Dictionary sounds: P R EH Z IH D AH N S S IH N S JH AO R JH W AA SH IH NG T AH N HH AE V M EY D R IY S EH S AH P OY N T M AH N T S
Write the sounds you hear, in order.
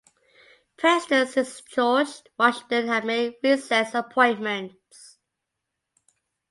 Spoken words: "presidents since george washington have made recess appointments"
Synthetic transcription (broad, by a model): P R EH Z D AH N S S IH S CH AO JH W AA SH IH NG T AH N HH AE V M EY D R IY S EH S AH P OY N M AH N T S